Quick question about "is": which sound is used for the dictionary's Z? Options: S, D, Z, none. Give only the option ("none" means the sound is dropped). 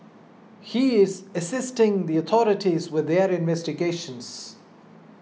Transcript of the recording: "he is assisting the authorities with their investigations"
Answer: Z